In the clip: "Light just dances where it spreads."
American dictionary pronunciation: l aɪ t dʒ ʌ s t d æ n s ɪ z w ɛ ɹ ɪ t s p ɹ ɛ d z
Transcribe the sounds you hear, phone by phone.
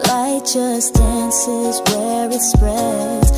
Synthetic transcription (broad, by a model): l aɪ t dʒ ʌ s d æ n s ɪ z w ɛ ɹ ɪ t s p ɹ ɛ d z